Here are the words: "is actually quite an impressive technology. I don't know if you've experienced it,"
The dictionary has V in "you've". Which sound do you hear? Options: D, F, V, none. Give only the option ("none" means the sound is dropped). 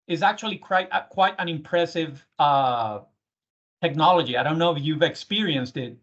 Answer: V